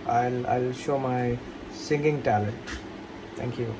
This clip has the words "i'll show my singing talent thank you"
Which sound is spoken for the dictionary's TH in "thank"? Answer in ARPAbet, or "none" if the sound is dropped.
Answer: T